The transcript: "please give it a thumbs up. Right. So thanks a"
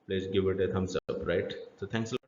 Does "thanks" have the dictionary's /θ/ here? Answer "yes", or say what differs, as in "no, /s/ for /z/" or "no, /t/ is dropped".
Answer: no, /t/ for /θ/